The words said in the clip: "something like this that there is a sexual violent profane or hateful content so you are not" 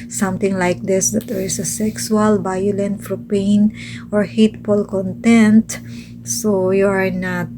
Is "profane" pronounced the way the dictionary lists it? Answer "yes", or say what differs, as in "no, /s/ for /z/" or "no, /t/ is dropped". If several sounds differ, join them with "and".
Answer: no, /f/ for /p/ and /p/ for /f/